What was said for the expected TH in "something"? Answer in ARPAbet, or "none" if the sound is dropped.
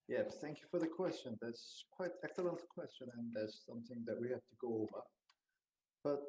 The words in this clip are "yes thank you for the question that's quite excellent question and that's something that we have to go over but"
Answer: TH